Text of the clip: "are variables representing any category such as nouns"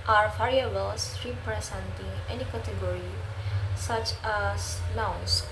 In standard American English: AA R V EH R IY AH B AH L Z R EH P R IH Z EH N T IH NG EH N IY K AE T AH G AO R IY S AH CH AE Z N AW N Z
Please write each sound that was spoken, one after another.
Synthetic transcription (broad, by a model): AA R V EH R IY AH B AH L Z R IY P R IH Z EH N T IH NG EH N IY K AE T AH G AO R IY S AH CH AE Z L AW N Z